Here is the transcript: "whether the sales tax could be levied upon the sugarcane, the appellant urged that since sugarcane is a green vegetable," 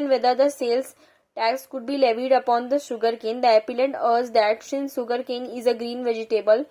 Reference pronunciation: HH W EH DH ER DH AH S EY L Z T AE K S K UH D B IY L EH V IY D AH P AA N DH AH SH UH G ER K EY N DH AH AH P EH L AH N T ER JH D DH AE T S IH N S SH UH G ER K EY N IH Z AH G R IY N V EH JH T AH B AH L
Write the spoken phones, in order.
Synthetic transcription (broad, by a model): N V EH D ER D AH S EY L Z T AE K S K UH D B IY L EH V IY D AH P AA N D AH SH UH G ER K EY N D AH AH P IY L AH T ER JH D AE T SH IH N SH UH G ER K EY N IH Z AH G R IY N V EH JH T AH B AH L